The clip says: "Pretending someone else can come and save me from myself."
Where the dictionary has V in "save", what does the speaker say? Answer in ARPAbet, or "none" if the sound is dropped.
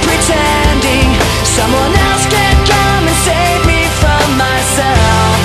V